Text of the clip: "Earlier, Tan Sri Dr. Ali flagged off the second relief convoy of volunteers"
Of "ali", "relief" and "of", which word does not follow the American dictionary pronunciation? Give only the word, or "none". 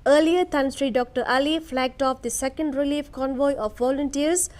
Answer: of